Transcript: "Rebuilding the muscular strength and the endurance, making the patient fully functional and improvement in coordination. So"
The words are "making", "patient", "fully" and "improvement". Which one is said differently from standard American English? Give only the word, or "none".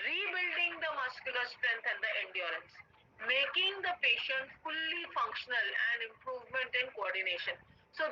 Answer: none